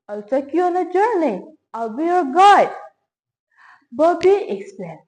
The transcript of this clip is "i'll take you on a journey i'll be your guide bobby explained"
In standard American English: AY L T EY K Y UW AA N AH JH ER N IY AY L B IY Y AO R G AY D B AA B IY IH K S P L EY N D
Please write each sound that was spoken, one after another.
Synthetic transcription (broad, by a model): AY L S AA K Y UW AA N AH JH ER N IY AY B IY Y AO R G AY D B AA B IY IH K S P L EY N